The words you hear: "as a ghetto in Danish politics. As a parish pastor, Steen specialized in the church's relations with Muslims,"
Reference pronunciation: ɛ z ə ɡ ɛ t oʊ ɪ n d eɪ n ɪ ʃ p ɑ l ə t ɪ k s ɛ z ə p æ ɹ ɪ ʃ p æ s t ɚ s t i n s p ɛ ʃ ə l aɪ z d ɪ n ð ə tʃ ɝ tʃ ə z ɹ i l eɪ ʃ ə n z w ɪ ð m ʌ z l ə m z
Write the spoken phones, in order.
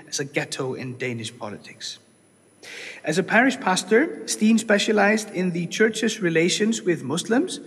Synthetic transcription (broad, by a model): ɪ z ə ɡ ɛ t oʊ ɪ n d eɪ n ɪ ʃ p ɑ l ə t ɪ k s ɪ z ə p æ ɹ ɪ ʃ p æ s t ɚ s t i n s p ɛ ʃ ə l aɪ z d ɪ n ð ə tʃ ɝ tʃ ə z ɹ i l eɪ ʃ ə n z w ɪ ð m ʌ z l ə m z